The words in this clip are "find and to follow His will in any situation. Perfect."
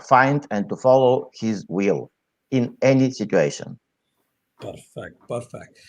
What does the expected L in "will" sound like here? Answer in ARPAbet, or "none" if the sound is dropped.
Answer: L